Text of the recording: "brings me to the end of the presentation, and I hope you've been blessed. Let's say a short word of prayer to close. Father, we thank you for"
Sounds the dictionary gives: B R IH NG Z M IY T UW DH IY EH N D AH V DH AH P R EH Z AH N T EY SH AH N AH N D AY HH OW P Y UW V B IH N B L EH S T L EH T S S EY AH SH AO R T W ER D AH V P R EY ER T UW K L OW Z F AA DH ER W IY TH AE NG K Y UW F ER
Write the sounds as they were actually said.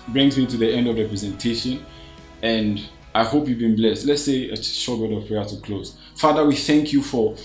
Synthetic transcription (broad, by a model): B R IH NG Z M IY T UW DH IY EH N D AH V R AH P R EH Z AH N T EY SH AH N AH N D AY HH OW P Y UW V B IH N B L EH S T L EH T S S EY AH SH AO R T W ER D AH V P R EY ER T UW K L OW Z F AA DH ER W IY TH AE NG K Y UW F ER